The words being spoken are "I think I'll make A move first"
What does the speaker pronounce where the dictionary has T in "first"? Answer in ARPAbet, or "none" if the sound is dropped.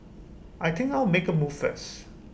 none